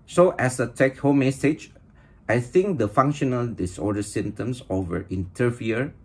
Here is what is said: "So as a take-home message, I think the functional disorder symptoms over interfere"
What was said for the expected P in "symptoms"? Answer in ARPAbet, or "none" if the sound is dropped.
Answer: none